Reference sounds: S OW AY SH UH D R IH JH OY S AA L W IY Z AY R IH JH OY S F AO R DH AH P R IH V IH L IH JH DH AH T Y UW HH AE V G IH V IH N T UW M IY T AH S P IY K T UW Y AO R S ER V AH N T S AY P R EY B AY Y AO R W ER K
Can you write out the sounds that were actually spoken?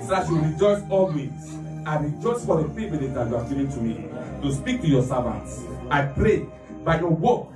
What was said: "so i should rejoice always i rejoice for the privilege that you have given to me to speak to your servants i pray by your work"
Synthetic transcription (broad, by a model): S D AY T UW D R IH JH OY S AA L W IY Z AY R IH JH OY S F AO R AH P IY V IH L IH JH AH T Y UW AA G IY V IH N T UW M IY T AH S P IY K T UW Y AO S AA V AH N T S AY P R EY B AY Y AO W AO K